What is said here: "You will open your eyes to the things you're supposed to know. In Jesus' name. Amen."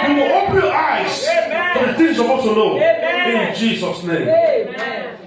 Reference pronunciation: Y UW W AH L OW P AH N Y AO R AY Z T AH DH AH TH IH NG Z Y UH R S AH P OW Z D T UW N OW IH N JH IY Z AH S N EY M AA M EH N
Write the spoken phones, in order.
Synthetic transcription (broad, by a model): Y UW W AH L OW P AH N Y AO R AY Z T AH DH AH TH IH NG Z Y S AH B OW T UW N OW IH N JH IY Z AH S N EY AA M